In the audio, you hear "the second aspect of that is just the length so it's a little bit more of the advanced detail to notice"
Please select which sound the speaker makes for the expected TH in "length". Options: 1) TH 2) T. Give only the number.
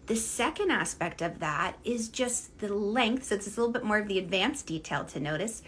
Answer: 1